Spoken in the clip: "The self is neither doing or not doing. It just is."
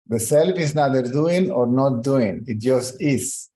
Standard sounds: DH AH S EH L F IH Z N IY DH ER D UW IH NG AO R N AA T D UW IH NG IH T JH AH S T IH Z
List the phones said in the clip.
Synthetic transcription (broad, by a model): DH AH S EH L F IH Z N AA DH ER D UW IH NG AO R N AA T D UW IH NG IH T JH AH S T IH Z